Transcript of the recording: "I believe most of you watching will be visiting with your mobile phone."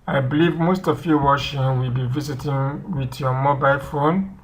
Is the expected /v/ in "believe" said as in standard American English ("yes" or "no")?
yes